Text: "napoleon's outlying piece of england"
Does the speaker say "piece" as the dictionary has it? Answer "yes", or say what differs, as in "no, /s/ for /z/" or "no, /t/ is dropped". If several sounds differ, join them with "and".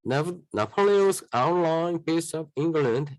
no, /b/ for /p/